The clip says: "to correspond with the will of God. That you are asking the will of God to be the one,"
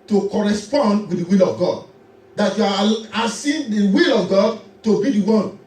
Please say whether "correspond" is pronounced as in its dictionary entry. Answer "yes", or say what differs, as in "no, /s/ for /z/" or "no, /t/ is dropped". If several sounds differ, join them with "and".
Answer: yes